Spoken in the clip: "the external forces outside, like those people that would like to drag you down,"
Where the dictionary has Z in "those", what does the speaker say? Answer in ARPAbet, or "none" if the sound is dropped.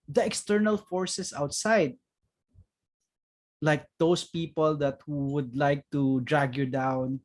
S